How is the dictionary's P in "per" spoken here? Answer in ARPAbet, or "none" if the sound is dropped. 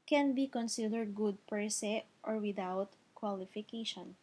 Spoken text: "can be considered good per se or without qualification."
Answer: P